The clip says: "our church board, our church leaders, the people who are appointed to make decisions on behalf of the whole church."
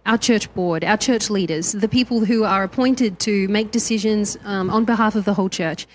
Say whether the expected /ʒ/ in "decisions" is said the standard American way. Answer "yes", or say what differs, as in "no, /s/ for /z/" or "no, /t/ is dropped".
yes